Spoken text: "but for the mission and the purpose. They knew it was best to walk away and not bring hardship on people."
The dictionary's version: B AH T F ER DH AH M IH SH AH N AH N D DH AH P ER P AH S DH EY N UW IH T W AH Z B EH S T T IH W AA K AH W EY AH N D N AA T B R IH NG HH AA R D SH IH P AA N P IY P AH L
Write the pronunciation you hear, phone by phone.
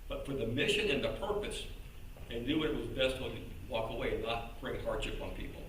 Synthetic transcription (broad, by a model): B AH T F ER DH AH M IH SH AH N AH N DH AH P ER P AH S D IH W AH IH T W AH Z B EH S T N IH W AA K AH W EY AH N N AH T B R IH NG HH AA R D SH IH P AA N P IY P L